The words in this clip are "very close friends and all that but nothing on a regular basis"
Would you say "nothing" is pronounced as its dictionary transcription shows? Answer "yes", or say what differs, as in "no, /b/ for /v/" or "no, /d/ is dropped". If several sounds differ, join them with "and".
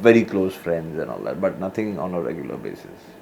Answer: no, /t/ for /θ/